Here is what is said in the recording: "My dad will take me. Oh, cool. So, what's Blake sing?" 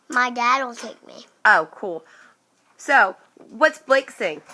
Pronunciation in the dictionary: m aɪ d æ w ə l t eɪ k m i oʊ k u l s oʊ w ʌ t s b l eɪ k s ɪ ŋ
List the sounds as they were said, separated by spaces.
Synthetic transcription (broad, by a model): m aɪ d æ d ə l t eɪ k m i oʊ k u l s oʊ w ʌ t s b l eɪ k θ ɪ ŋ